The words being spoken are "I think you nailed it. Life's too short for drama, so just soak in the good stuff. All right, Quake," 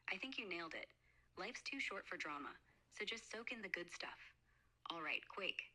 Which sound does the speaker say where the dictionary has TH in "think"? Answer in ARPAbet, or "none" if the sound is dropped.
TH